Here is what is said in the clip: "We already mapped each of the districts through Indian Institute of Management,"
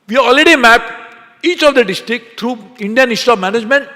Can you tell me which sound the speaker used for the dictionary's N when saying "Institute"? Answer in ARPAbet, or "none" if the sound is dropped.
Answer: none